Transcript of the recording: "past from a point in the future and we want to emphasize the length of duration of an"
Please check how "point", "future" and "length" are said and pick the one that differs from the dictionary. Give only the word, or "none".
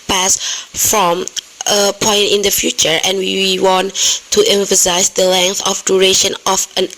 none